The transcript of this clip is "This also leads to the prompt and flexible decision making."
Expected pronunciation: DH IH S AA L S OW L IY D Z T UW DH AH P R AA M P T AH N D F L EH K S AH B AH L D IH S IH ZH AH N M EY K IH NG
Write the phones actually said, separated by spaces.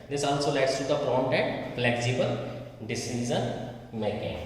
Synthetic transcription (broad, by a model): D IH S AA L S OW L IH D S T UW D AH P R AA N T AH N D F L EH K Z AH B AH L D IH S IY Z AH N M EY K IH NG